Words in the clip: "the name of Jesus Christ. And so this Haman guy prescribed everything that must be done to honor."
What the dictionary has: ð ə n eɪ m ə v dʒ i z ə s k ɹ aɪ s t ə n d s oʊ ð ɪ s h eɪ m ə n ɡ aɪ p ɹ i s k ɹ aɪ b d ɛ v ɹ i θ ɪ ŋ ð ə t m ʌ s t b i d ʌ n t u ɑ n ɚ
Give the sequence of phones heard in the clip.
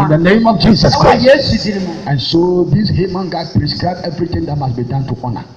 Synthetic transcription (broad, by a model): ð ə n eɪ m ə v dʒ i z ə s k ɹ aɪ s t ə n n s oʊ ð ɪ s h eɪ m ə n ɡ aɪ p ɹ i s k ɹ aɪ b ɛ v ɹ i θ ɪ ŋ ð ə t m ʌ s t b i d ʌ n t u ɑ n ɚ